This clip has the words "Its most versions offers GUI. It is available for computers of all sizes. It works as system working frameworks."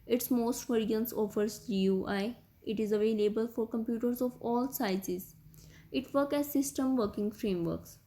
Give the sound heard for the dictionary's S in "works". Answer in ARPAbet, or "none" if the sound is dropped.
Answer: none